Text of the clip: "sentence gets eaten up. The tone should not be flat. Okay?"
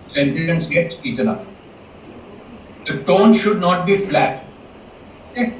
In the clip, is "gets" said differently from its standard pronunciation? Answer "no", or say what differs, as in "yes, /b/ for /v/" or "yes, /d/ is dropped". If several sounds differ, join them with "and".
yes, /s/ is dropped